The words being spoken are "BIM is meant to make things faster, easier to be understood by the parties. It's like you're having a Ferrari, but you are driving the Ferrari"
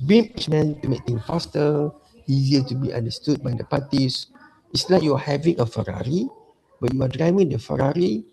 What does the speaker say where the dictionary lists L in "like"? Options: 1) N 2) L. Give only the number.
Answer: 1